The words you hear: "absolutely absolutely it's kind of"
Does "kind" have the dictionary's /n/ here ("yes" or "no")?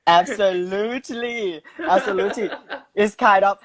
no